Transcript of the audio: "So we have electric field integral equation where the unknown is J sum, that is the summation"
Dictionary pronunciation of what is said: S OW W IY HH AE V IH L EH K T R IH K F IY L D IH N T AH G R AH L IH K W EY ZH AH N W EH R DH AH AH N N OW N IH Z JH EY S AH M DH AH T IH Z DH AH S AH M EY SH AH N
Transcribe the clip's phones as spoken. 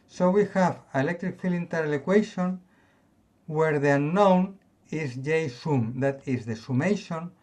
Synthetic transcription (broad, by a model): S OW W IY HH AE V IH L EH K T R IH K F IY L IH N T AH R L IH K W EY SH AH N W EH R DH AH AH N N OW N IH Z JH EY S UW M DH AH T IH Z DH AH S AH M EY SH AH N